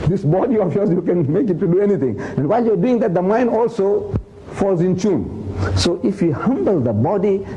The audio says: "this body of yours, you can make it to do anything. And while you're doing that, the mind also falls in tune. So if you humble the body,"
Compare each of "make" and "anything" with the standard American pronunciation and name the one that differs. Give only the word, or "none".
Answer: anything